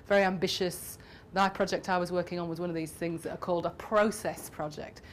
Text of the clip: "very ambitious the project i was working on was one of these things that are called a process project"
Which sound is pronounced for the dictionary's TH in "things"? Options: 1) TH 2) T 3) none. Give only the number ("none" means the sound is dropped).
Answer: 1